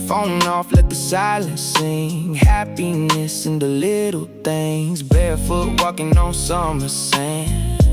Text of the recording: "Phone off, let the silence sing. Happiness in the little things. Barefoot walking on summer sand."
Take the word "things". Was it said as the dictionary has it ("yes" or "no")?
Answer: yes